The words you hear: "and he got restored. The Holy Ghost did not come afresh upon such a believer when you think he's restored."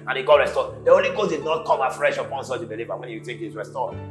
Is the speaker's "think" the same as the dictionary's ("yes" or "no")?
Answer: no